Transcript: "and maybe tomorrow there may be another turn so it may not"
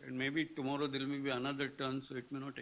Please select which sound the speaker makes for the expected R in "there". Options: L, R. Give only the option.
L